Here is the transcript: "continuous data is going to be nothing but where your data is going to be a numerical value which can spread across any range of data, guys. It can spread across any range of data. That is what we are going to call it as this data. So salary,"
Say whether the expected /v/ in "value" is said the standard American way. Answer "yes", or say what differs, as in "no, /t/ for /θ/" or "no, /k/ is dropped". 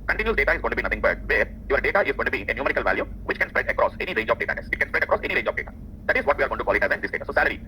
yes